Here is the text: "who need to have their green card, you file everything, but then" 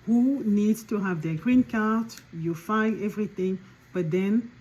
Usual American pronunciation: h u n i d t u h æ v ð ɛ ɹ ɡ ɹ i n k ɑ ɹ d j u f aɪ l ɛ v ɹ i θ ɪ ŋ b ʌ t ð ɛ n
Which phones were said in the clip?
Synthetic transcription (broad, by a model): h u n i d t u h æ v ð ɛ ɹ ɡ ɹ i n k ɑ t j u f aɪ n ɛ v ɹ i θ ɪ ŋ b ʌ t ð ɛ n